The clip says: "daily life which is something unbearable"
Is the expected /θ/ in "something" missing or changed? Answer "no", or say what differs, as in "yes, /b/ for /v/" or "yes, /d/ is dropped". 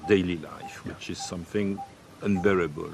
no